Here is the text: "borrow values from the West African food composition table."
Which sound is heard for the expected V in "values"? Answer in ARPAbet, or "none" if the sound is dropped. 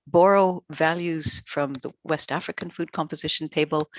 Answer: V